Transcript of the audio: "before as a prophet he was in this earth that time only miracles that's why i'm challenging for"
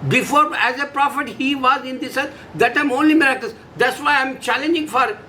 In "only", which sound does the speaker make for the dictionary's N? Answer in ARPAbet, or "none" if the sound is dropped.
N